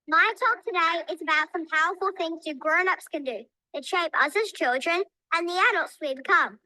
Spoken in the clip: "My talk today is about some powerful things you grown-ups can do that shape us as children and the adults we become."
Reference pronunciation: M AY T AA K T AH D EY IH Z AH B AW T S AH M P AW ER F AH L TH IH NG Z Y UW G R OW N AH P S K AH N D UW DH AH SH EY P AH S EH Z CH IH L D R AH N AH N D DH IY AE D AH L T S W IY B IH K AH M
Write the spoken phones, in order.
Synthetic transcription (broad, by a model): M AY T AA K T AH D EY IH Z AH B AW T S AH M P AW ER F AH L TH IH NG Z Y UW G R OW N AH P S K AH N D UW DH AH SH EY P AH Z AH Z CH IH L D R AH N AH N DH IY AE D AH L T S W IY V K AH M